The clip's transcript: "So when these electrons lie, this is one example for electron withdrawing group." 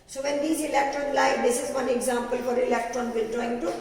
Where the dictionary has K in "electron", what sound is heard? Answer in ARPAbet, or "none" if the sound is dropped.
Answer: K